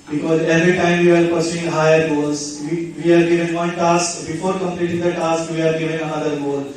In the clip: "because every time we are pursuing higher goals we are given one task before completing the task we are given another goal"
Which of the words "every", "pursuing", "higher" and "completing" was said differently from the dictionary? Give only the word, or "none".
none